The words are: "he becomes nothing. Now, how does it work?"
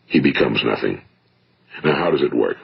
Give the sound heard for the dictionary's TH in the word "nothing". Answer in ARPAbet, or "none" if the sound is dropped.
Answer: TH